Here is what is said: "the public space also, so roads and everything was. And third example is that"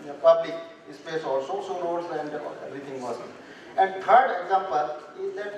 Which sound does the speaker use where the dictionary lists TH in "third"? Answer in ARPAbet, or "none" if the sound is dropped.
T